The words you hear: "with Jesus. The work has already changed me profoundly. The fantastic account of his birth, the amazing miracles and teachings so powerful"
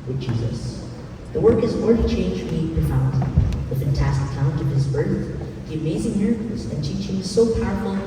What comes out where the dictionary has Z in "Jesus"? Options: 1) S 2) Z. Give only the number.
2